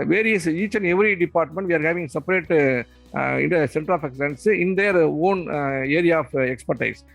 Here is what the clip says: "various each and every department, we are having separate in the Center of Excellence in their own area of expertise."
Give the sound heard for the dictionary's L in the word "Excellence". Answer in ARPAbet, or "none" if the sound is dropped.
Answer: none